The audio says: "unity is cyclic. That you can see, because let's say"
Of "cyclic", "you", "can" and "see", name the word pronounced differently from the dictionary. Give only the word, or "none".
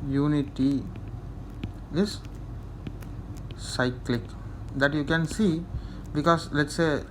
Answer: none